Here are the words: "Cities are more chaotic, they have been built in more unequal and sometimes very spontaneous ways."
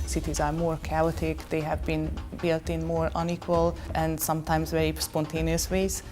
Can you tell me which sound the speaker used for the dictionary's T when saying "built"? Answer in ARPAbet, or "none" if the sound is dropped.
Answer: T